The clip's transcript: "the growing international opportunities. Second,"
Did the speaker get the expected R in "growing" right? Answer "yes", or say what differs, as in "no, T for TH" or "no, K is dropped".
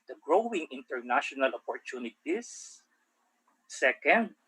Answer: yes